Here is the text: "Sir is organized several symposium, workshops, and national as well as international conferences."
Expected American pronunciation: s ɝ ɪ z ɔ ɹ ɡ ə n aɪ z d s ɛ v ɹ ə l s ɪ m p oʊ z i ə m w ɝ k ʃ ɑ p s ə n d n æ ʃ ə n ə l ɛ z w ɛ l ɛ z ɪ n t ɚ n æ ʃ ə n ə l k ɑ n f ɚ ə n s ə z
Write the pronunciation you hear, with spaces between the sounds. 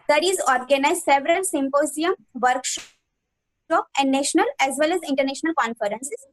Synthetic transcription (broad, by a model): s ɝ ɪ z ɔ ɹ ɡ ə n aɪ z s ɛ v ɹ ə l s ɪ m p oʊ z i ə m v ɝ k ʃ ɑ p ə n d n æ ʃ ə n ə l ɛ z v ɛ l ɛ z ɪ n t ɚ n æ ʃ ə n ə l k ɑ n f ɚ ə n s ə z